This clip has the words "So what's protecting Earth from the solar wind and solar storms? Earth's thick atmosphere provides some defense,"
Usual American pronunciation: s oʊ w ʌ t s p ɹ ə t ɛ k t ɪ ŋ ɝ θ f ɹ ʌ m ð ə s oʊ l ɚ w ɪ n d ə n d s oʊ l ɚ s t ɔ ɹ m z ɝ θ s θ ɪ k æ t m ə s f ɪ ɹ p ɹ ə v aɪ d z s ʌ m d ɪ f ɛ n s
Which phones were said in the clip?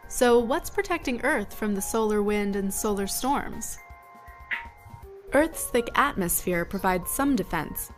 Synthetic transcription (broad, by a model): s oʊ w ʌ t s p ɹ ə t ɛ k t ɪ ŋ ɝ θ f ɹ ʌ m ð ə s oʊ l ɚ w ɪ n d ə n s oʊ l ɚ s t ɔ ɹ m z ɝ θ s θ ɪ k æ t m ə s f ɪ ɹ p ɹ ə v aɪ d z s ʌ m d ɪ f ɛ n s